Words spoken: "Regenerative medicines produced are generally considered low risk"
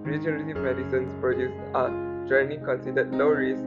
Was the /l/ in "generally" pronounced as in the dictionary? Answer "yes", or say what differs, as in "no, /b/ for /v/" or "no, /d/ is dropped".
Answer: no, /n/ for /l/